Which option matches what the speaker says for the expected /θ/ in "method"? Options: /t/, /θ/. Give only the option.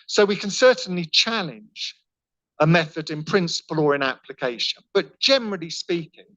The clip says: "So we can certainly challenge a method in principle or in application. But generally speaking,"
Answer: /θ/